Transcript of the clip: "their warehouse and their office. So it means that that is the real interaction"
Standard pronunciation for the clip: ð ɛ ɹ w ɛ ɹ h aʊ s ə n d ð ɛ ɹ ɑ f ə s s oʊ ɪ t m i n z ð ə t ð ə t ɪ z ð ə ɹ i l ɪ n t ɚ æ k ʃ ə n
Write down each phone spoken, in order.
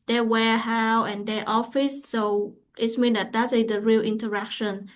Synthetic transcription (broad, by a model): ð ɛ w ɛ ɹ h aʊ ə n d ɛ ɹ ɑ f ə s s oʊ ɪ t m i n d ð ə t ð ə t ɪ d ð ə ɹ i l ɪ n t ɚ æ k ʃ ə n